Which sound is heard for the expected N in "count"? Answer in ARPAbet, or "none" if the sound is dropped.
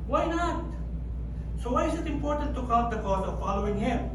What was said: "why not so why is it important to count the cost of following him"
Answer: none